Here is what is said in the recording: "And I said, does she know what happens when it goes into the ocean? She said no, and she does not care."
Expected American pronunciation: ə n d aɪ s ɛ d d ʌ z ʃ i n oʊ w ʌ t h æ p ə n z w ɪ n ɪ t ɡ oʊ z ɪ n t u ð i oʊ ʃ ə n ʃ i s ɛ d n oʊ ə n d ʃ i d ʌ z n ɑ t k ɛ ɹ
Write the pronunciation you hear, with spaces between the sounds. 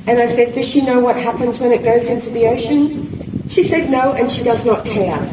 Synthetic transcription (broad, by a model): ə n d aɪ s ɛ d d ʌ z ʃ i n oʊ w ʌ t h æ p ə n z w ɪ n ɪ t ɡ oʊ z ɪ n t u ð i oʊ ʃ ə n ʃ i s ɛ d n oʊ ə n ʃ i d ʌ z n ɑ t k ɛ ɹ